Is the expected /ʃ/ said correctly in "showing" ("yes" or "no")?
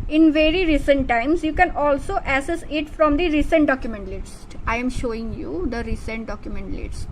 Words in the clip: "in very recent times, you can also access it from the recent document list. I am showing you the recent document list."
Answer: yes